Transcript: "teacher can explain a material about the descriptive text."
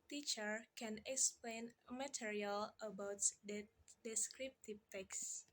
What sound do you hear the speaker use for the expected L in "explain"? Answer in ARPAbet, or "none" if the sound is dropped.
L